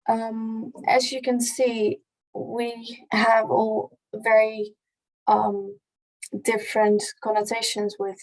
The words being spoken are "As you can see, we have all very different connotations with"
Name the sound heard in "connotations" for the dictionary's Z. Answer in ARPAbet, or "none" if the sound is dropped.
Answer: Z